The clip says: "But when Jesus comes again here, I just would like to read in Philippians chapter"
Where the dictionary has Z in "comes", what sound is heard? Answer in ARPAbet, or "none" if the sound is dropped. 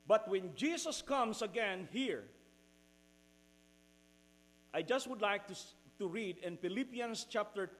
S